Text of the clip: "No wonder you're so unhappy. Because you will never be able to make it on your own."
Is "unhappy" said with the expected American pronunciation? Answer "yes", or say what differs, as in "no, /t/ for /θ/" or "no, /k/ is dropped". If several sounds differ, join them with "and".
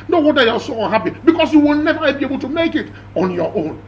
no, /n/ is dropped